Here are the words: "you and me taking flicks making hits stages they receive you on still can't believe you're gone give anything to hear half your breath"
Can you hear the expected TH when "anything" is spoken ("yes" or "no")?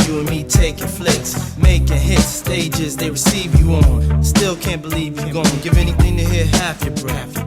yes